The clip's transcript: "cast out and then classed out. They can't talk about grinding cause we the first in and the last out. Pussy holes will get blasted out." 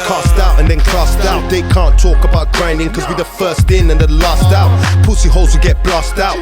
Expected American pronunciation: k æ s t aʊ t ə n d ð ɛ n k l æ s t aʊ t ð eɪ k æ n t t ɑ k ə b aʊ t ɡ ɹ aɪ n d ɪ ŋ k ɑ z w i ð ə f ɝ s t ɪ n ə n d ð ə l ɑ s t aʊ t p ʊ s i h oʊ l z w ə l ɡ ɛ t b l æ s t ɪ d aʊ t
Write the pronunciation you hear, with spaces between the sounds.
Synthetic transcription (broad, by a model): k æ s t aʊ t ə n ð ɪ n k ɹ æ s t aʊ t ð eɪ k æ n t t ɑ k ə b aʊ t ɡ ɹ aɪ n d ɪ ŋ k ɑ z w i ð ə f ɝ s t ɪ n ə n ð ə l ɑ s t aʊ t p ʊ s i h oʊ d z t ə ɡ ɛ t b l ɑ s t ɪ ʊ t